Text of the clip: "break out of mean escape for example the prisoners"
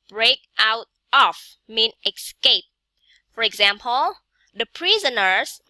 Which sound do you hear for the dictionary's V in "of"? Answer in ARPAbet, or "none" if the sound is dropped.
F